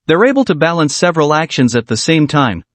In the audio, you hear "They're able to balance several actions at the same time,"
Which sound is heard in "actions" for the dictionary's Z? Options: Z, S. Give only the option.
Z